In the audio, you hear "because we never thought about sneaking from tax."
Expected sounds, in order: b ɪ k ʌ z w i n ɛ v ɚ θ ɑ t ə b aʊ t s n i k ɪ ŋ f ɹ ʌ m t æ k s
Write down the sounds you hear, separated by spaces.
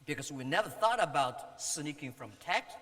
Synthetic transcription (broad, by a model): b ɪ k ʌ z w i n ɛ v ɚ θ ɑ t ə b aʊ t s n i k ɪ ŋ f ɹ ʌ m t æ k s